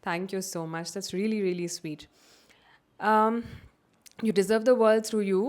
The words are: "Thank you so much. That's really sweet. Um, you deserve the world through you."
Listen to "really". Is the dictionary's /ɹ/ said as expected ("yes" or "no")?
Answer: yes